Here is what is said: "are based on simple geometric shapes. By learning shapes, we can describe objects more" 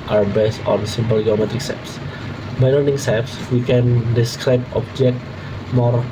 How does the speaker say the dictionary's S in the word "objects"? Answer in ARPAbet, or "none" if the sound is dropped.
none